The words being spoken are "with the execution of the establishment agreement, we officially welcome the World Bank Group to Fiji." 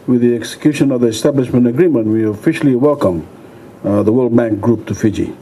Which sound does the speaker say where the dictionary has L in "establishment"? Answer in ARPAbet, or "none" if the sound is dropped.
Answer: L